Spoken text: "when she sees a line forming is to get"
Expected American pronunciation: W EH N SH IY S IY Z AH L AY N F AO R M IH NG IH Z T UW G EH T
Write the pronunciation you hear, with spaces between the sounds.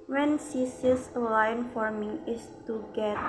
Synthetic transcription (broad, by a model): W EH N S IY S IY S AH L AY N F AO R M IH NG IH S T UW G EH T